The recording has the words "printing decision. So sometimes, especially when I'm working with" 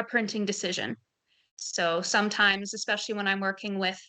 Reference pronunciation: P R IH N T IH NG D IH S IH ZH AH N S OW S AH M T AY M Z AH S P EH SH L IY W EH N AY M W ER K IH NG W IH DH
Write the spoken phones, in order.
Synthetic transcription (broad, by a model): P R IH N T IH NG D IH S IH ZH AH N S OW S AH M T AY M Z AH S P EH SH L IY W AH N AY M W ER K IH NG W IH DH